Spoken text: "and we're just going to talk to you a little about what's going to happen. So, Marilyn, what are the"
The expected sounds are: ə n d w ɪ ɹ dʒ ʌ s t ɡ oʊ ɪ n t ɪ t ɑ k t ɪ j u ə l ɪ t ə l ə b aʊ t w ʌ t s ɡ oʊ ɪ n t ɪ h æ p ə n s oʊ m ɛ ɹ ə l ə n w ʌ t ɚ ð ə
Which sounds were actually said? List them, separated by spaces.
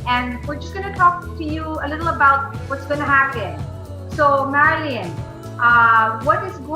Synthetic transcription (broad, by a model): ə n w ɪ ɹ dʒ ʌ s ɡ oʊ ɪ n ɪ t ɑ k t ɪ j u ə l ɪ t l ə b aʊ t w ʌ t s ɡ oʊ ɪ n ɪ h æ p ə n s oʊ m ɛ ɹ ə l ə n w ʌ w ɚ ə